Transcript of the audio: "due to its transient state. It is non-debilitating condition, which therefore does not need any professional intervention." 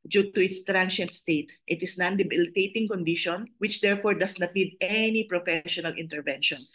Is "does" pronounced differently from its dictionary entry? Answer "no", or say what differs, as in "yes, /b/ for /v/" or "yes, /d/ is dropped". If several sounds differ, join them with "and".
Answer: yes, /s/ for /z/